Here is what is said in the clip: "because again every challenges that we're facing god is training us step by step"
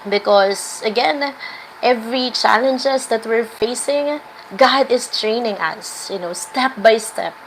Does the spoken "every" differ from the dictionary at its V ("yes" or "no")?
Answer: no